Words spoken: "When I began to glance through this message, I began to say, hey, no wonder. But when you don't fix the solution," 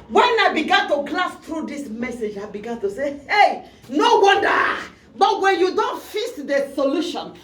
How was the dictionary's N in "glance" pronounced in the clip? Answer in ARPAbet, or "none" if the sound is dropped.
none